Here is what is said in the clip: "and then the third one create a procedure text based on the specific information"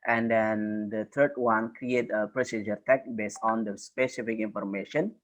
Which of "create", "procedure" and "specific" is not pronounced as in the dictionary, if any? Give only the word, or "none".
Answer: none